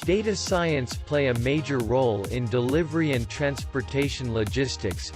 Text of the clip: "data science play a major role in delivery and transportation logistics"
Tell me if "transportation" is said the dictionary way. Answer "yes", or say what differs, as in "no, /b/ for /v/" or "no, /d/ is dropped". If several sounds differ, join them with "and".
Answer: yes